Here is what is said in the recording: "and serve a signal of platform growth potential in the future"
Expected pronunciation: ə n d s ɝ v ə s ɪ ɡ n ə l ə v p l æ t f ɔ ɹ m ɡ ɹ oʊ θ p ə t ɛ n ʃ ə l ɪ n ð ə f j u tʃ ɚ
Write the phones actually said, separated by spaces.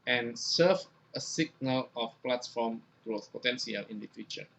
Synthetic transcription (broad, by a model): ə n s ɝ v ə s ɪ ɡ n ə l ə f p l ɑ t f ɔ m ɡ ɹ oʊ θ p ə t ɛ n s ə l ɪ n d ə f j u tʃ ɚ